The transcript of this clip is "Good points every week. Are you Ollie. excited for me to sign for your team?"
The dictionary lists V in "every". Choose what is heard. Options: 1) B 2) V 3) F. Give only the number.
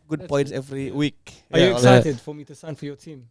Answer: 2